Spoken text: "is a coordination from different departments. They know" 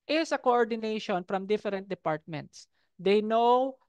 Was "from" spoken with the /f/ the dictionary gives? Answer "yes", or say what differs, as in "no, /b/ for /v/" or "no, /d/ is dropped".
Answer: yes